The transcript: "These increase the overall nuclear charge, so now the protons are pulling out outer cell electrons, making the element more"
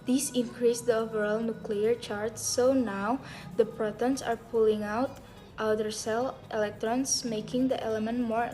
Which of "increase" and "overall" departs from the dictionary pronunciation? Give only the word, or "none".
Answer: none